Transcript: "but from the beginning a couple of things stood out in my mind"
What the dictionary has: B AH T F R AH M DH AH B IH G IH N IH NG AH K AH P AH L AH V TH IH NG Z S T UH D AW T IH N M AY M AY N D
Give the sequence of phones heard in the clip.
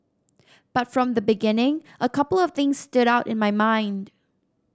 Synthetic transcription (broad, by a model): B AH T F R AH M DH AH B IH G IH N IH NG AH K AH P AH L AH V TH IH NG Z S T UH D AW T IH N M AY M AY N D